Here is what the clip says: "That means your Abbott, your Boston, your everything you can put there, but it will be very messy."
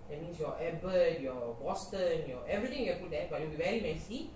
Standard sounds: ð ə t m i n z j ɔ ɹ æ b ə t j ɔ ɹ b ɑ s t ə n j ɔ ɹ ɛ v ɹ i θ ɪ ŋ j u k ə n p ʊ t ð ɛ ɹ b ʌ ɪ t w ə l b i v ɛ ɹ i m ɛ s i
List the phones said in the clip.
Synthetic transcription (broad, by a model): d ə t m i n s j ɔ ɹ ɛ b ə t j ɔ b ɑ s t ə n j ɔ ɛ v ɹ i t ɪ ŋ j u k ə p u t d ɛ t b ɪ t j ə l b i v ɛ ɹ i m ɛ s i